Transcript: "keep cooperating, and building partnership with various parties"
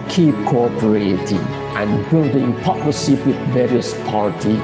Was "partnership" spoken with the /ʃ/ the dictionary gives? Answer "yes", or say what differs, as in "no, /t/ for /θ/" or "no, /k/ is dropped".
no, /s/ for /ʃ/